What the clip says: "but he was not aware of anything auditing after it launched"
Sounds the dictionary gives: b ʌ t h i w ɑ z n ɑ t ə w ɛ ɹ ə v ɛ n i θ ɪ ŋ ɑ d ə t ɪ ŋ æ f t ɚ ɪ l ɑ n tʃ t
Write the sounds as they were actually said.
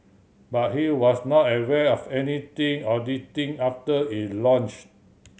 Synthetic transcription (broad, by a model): b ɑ t h i w ɑ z n ɑ t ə w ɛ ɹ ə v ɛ n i t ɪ ŋ ɑ d ə t ɪ ŋ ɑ f t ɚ ɪ l ɑ n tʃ